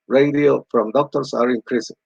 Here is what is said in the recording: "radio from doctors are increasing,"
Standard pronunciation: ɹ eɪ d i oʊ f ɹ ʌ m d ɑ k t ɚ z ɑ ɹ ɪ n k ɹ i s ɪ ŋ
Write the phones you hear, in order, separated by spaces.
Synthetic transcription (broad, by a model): ɹ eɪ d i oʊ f ɹ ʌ m d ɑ k t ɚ s ɑ ɹ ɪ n k ɹ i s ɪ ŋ